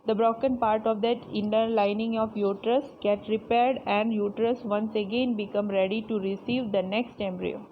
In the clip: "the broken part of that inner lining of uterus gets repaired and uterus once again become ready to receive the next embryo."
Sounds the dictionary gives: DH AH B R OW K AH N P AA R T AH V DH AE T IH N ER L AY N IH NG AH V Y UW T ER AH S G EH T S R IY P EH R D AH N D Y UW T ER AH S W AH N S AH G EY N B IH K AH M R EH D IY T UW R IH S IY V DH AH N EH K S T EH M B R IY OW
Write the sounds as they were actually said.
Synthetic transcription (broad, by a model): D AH B R OW K AH N P AA R T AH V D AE T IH N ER L AY N IH NG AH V Y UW T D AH S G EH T R IY P EH R D AH N D Y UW T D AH S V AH N S AH G EY N B IH K AH M R EH D IY T UW R IH S IY V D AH N EH K S T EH M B R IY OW